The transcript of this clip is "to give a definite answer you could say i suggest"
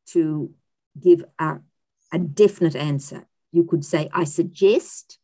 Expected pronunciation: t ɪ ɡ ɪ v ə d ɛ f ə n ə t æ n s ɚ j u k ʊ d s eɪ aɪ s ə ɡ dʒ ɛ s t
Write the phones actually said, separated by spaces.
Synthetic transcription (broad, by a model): t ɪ ɡ ɪ v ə d ɛ f ə n ə t æ n s ɚ j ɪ k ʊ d s eɪ aɪ s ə ɡ dʒ ɛ s t